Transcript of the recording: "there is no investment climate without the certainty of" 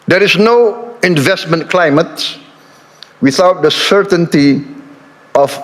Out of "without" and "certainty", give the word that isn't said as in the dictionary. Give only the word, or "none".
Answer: none